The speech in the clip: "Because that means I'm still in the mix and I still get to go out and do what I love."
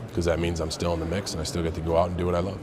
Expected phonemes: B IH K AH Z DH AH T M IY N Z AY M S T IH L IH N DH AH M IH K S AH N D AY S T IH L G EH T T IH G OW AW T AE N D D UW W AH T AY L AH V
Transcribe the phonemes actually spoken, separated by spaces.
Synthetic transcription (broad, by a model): K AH Z DH AH T M IY N Z AY M S T IH L IH N DH AH M IH K S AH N AY S T IH L G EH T T IH G OW AW T N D D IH W AH T AY L AH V